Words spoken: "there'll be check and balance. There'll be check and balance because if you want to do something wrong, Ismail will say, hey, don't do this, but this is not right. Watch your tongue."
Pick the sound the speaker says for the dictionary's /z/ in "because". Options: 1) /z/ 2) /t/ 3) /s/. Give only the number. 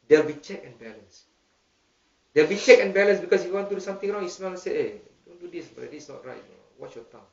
3